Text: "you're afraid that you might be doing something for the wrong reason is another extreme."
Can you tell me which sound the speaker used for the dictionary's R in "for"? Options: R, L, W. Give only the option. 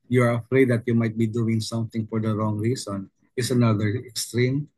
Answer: R